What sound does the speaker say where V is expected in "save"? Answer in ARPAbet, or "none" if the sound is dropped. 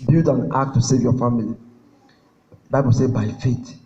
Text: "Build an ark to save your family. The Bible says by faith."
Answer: V